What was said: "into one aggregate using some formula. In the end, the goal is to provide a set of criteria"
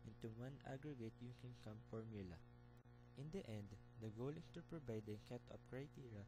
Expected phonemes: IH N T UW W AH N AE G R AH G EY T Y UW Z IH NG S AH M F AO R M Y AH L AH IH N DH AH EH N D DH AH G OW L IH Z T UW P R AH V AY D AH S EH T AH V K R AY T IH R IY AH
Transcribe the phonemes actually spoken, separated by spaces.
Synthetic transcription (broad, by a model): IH N T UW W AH N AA G R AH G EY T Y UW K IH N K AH M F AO R M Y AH L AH IH N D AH EH N D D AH G OW L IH S T UW P R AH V AY D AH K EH T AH P K R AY T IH R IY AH